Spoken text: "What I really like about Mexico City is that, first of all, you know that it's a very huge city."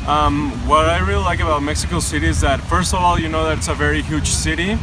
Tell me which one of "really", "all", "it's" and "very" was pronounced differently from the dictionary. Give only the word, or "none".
none